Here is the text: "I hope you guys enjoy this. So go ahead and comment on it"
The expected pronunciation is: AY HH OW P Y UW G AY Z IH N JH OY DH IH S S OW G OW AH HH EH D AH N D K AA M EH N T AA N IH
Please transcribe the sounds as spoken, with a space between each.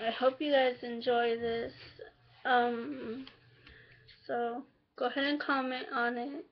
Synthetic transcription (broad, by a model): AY HH OW P Y UW G AY Z IH N JH OY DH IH S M OW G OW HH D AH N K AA M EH T AA N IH